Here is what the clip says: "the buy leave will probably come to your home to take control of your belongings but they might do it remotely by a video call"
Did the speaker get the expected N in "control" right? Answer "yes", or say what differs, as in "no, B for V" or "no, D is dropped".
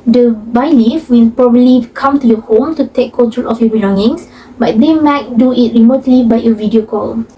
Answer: no, N is dropped